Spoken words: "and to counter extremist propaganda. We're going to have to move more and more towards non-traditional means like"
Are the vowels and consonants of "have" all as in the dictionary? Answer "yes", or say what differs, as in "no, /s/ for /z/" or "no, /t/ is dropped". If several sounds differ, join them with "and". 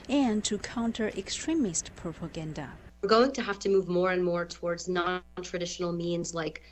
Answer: no, /f/ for /v/